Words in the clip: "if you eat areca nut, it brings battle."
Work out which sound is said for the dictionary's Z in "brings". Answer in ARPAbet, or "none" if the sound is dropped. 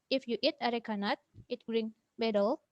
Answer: none